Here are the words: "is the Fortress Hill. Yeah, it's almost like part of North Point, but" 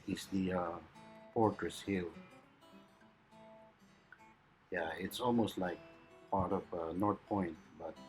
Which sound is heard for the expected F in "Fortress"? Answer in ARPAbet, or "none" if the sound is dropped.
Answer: P